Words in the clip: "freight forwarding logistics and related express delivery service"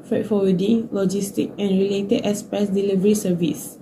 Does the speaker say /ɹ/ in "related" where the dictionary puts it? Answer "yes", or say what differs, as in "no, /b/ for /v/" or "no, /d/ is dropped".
yes